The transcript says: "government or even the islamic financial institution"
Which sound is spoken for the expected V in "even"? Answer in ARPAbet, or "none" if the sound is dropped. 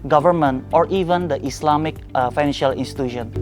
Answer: V